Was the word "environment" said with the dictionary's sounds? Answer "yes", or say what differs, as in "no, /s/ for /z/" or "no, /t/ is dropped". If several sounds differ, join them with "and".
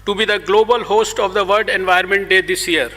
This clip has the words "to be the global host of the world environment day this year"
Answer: no, /ɹ/ is dropped